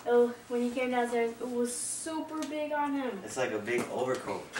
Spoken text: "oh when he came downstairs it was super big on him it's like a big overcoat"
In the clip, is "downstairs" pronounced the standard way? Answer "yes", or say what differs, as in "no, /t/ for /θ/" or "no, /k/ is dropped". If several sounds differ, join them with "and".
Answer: no, /z/ is dropped